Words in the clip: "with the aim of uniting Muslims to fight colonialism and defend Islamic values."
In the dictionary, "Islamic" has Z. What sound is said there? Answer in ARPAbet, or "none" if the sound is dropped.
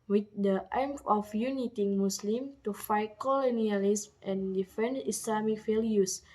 S